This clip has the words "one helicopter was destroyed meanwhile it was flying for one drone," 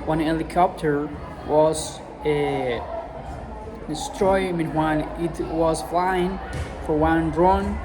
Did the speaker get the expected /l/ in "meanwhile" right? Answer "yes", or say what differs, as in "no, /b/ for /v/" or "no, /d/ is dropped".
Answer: no, /n/ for /l/